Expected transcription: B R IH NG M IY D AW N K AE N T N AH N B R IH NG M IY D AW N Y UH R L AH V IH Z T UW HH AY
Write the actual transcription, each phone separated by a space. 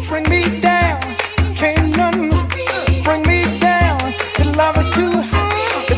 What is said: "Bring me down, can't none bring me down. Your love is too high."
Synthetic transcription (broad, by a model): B R IH NG M IY D AW N K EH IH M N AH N B R IH NG M IY D AW N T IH L AH V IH S T UW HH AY